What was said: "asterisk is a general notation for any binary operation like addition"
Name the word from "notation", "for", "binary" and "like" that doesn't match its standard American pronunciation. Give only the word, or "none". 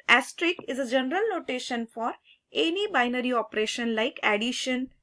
none